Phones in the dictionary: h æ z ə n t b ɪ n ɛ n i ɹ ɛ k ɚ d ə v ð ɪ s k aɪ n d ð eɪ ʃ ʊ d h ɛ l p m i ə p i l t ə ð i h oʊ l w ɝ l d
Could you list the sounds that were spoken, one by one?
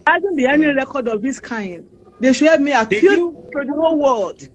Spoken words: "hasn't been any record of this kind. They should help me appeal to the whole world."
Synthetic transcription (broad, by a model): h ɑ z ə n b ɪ ɛ n i ɹ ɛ k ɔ d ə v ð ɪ s k aɪ n d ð eɪ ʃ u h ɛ p m i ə i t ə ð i h oʊ l w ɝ l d